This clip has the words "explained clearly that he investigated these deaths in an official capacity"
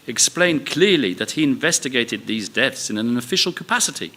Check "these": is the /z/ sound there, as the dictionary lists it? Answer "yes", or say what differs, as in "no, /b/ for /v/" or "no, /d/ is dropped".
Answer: yes